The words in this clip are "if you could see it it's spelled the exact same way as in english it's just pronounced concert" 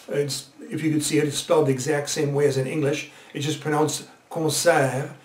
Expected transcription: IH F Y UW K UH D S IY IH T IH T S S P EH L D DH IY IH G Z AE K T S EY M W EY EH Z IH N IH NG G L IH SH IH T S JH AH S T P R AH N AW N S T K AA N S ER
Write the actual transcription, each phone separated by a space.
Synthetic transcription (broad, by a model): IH F Y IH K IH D S IY IH T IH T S S P EH L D DH IY IH G Z AE K T S EY M W EY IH Z IH N IH NG G L IH SH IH T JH AH S P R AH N AW N S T K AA S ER